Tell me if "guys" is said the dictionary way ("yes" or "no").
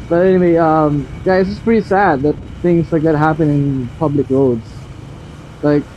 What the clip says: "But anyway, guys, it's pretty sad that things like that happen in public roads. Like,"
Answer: no